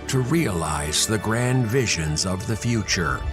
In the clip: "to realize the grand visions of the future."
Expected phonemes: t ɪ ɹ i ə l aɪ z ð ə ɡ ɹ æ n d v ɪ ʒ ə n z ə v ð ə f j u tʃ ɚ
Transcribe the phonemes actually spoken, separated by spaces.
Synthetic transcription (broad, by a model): t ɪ ɹ i ə l aɪ z ð ə ɡ ɹ æ n d v ɪ ʒ ə n z ə v ð ə f j u tʃ ɚ